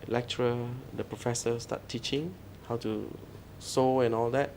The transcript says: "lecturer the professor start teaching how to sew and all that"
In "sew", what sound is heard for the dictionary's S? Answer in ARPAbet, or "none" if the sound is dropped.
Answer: S